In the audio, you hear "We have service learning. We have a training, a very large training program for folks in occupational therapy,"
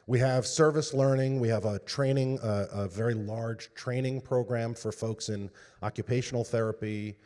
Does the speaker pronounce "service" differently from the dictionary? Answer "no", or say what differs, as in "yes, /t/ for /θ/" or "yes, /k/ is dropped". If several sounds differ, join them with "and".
no